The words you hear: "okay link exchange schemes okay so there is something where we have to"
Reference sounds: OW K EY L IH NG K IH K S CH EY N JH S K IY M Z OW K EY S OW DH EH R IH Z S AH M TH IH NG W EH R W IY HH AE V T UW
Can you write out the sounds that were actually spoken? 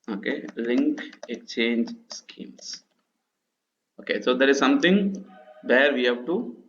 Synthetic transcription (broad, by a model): OW K EY L IH NG K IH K CH EY N JH S K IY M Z OW K EY S OW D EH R IH Z S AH M T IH NG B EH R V IY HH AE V T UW